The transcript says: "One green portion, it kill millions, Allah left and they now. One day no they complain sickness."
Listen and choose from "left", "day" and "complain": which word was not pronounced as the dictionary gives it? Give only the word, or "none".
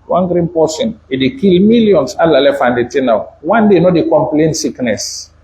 left